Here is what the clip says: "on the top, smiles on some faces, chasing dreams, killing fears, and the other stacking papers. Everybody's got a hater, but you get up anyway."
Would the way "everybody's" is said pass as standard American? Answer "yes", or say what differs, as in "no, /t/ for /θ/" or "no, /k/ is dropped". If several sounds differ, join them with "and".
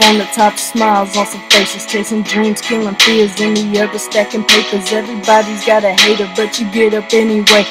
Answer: yes